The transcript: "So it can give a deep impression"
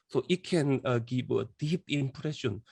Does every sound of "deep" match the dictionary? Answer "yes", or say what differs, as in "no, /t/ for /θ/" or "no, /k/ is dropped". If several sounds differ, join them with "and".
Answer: yes